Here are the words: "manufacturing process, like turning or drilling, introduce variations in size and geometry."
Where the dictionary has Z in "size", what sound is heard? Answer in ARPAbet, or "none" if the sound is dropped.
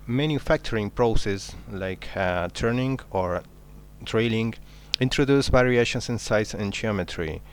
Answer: S